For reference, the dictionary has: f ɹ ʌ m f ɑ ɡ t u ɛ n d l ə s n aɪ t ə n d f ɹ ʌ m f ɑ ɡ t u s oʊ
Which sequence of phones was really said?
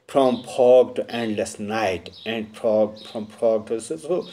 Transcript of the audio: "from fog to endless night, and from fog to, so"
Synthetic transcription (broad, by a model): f ɹ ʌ m p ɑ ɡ t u ɛ n d l ə s n aɪ t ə n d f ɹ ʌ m p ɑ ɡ t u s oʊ